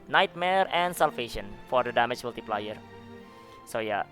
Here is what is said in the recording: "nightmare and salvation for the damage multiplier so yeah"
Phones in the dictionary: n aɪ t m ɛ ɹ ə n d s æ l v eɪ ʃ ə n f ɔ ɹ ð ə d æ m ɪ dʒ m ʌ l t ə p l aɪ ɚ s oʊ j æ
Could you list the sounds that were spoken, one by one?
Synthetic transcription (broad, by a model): n aɪ t m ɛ ɹ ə n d s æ l f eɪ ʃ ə n f ɔ ɹ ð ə d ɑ m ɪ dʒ m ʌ l t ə p l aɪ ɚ s oʊ j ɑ